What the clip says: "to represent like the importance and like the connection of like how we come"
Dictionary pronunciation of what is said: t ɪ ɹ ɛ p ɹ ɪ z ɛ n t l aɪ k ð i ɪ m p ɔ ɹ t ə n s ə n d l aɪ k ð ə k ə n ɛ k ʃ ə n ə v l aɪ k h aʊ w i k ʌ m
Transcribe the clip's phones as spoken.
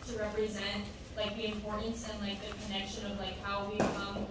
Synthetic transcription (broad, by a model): t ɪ ɹ ɛ p ɹ ɪ z ɛ n t l aɪ k ð i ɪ m p ɔ ɹ t n s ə n l aɪ k ð ə k ə n ɛ k ʃ ə n ə v l aɪ k h aʊ w i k ʌ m